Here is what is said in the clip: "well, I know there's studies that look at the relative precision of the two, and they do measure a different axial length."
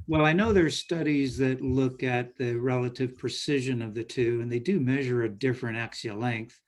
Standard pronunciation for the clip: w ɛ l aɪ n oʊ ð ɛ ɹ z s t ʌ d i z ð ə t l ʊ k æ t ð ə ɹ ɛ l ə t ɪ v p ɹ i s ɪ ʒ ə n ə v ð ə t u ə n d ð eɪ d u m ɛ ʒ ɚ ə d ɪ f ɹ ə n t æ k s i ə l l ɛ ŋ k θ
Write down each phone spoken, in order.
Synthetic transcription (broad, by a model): w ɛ l aɪ n oʊ ð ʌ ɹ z s t ʌ d i z ð ə t l ʊ k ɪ t ð ə ɹ ɛ l ə t ɪ v p ɹ i s ɪ ʒ ə n ə v ð ə t u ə n ð eɪ d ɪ m ɛ ʒ ɚ ə d ɪ f ɹ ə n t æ k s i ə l l ɛ ŋ k θ